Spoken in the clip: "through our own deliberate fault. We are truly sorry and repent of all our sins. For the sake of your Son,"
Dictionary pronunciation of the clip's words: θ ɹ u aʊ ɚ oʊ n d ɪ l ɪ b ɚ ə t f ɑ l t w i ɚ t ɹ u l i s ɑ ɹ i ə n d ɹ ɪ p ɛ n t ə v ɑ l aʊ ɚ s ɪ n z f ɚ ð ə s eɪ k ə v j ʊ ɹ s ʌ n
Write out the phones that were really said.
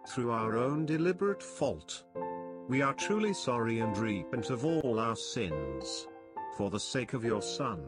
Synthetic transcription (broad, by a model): θ ɹ u aʊ ɚ oʊ n d ɪ l ɪ b ɚ ə t f ɑ l t w i ɚ t ɹ u l i s ɑ ɹ i ə n d ɹ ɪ p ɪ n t ə v ɑ l aʊ ɚ s ɪ n z f ɚ ð ə s eɪ k ə v j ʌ ɹ s ʌ n